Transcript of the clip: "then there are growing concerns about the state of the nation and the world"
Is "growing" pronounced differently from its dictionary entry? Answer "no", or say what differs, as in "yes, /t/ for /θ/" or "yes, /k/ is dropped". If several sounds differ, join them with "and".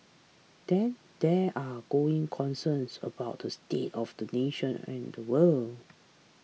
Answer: yes, /ɹ/ is dropped